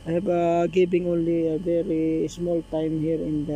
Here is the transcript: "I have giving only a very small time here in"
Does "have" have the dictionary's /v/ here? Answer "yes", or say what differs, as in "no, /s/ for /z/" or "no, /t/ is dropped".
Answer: no, /b/ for /v/